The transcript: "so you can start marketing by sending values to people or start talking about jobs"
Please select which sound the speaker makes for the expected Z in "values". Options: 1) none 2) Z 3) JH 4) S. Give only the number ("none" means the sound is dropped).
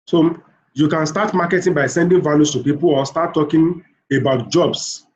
4